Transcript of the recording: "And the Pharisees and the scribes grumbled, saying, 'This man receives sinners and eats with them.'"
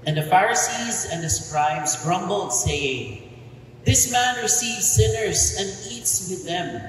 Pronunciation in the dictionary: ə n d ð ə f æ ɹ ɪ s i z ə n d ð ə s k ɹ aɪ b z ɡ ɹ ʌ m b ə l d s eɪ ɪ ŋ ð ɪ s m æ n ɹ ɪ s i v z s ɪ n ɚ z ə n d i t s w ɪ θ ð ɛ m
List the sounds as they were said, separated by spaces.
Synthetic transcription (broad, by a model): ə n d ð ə f æ ɹ ɪ s i z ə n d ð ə s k ɹ aɪ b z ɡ ɹ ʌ m b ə l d s eɪ ɪ ŋ ð ɪ s m æ n ɹ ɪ s i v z s ɪ n ɚ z ə n d i t s w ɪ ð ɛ m